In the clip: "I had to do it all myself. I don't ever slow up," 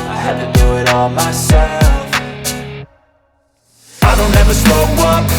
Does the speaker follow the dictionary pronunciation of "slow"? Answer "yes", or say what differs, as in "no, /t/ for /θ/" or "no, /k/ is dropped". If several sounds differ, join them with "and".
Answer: no, /l/ is dropped